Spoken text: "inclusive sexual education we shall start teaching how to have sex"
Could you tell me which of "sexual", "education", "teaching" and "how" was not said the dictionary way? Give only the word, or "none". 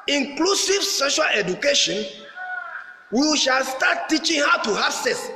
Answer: sexual